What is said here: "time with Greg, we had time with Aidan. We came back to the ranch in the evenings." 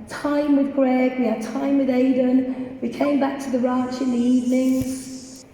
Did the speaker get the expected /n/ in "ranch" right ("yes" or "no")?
no